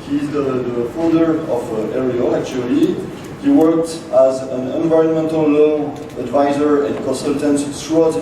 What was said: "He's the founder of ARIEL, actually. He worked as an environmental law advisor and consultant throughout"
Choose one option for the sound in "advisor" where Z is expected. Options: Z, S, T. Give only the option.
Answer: Z